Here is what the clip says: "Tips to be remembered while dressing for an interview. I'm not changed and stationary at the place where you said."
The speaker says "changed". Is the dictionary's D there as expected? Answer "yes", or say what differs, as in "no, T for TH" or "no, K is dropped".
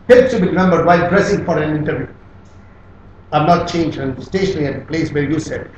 no, D is dropped